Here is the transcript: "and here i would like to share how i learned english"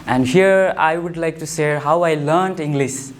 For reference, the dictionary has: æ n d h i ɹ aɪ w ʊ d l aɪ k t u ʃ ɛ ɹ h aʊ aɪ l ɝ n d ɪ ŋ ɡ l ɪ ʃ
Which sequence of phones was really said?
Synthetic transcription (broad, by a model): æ n d h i ɹ aɪ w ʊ d l aɪ k t u s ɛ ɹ h aʊ aɪ l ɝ n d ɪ ŋ ɡ l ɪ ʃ